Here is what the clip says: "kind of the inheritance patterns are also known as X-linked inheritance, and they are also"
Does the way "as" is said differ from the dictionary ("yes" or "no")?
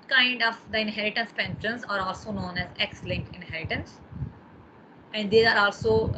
no